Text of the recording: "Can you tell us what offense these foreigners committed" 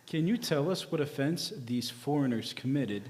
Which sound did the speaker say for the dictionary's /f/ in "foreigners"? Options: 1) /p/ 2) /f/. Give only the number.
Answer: 2